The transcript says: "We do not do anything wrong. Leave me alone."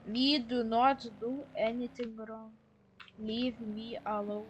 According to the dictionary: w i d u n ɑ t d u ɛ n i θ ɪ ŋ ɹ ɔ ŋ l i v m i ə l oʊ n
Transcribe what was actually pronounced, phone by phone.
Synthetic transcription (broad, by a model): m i d u n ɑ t d u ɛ n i t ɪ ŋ ɹ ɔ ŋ l i v m i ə l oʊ